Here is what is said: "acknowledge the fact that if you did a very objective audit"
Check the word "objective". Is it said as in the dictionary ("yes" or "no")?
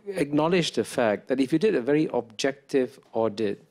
yes